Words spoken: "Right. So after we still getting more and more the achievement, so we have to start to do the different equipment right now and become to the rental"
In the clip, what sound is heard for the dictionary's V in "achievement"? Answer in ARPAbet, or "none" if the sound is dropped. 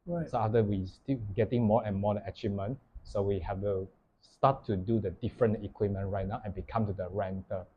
none